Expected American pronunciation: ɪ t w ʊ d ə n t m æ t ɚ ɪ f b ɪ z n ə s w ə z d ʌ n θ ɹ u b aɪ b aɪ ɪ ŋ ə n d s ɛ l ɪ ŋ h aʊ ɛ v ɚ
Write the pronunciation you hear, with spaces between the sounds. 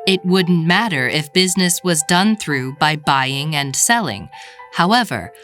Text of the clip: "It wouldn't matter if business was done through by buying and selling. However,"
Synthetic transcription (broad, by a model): ɪ t w ʊ d n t m æ t ɚ ɪ f b ɪ z n ə s w ə z d ʌ n θ ɹ u b aɪ b aɪ ɪ ŋ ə n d s ɛ l ɪ ŋ h aʊ ɛ v ɚ